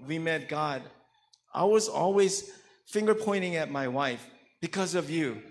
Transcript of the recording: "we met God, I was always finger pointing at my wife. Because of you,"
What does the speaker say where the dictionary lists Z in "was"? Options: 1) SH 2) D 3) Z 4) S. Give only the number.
3